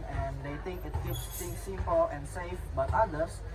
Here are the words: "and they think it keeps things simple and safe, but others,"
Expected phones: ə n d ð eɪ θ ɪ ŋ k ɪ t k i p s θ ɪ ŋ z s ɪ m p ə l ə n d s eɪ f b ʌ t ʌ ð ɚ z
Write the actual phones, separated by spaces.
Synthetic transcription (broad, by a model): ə n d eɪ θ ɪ ŋ k ɪ t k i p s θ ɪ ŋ s ɪ m p ə l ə n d s eɪ f b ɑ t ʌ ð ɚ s